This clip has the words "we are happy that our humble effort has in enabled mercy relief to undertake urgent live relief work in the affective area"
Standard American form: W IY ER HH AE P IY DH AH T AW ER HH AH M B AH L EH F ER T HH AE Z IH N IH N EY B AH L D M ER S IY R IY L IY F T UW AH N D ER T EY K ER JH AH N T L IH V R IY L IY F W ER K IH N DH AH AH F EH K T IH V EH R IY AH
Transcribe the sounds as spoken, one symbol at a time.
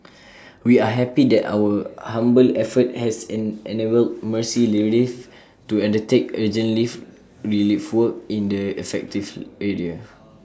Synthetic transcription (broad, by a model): W IY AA HH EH P IY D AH T AW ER HH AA M B AH L EH F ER T HH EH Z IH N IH N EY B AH L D M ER S IY L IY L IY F T UW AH N D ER T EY K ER JH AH N L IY F R IY L IY F W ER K IH N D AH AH F EH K T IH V EH R IY AH